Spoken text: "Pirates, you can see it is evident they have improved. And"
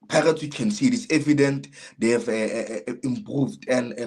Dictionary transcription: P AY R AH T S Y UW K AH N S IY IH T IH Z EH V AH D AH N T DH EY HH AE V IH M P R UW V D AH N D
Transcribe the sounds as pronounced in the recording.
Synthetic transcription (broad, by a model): P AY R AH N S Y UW K AH N S IY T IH S EH V AH D AH N T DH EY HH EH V IH M P R UW V D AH N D